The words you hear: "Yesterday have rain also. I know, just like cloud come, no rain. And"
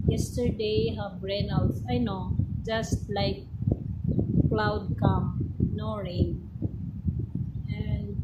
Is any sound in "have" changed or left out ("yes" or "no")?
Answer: yes